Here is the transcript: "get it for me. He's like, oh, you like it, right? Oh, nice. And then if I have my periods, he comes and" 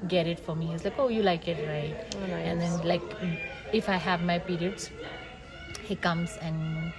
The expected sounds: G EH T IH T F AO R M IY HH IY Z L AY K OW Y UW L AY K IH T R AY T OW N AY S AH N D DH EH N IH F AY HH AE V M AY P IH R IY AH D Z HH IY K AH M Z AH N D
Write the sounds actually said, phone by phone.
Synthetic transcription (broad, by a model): G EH T IH T F AO R M IY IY S L AY K OW Y UW L AY K IH T R AY T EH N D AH N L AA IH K IH F AY HH AE V M AY P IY R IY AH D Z HH IY K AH M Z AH N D